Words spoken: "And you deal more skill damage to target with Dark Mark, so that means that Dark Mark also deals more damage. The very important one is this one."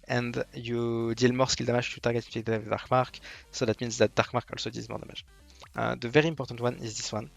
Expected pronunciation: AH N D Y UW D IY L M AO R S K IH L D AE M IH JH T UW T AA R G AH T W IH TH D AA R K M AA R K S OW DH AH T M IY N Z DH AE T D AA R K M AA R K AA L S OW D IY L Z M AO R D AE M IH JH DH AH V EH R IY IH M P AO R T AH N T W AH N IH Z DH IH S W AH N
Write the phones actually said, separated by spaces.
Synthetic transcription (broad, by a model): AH N D Y UW D IY L M AO R S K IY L D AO M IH ZH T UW T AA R G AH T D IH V D AA R K M AA R K S OW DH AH T M IY N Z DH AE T D AA R K M AA R K AA L S OW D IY Z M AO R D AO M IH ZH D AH V EH R IY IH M P AO R T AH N T W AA N IH Z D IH S W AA N